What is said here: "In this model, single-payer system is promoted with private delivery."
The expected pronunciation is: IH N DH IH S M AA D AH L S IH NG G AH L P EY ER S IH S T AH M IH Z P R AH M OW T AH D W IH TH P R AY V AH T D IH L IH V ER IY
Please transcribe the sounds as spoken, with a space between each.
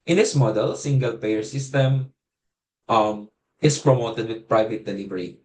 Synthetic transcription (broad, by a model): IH N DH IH S M AA D AH L S IH NG G AH L P EY ER S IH S T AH M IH S P R AH M OW T AH D W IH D P R AY V AH T D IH L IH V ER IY